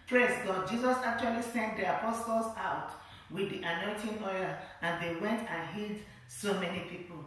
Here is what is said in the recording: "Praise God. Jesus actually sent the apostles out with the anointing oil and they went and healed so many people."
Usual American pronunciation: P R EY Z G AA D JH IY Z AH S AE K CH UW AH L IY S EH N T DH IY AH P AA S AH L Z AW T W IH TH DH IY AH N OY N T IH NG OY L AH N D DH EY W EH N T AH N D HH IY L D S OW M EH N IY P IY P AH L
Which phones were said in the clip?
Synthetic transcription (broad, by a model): P R EY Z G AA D JH IY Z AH S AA K CH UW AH L IY S EH N T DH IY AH P AA S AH L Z AW T W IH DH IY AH N OY N T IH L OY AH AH N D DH EY W EH N T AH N HH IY D S OW M EH N IY P IY P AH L